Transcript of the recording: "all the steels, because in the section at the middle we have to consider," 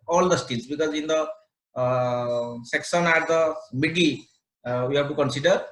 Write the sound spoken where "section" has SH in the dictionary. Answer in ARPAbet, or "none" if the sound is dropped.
S